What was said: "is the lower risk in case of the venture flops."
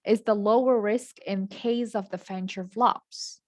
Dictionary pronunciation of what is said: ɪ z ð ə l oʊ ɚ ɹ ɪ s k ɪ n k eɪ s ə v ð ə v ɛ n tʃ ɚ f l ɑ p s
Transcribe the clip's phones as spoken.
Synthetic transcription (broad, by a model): ɪ z ð ə l oʊ ɚ ɹ ɪ s k ɪ n k eɪ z ə v ð ə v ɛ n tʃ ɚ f l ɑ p s